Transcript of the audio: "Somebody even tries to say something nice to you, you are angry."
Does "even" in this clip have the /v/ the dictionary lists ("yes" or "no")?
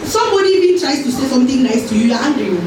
no